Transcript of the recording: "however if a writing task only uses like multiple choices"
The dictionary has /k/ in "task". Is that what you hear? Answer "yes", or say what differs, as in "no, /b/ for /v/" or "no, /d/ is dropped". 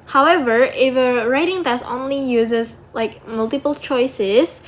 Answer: no, /k/ is dropped